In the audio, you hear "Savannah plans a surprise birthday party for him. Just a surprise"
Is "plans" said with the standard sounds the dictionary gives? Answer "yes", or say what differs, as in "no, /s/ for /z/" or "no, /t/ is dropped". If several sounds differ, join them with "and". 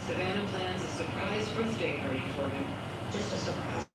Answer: yes